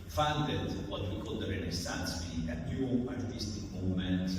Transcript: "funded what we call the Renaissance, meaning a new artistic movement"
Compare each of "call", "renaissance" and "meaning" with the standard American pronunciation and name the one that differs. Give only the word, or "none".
meaning